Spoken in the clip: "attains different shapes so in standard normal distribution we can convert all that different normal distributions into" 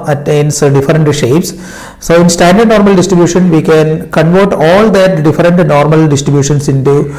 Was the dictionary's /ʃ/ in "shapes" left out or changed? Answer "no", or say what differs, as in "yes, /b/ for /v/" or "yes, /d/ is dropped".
no